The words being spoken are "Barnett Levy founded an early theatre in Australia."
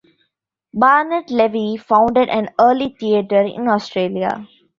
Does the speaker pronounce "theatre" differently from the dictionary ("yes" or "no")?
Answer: yes